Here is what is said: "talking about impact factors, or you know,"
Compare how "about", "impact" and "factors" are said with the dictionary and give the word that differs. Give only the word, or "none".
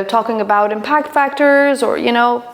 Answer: none